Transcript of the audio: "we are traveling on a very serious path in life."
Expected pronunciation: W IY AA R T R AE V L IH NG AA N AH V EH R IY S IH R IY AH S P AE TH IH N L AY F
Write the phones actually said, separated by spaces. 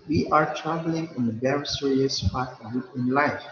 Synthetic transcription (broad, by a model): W IY AA R T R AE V L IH NG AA N AH B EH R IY S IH R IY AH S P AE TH IH N L AY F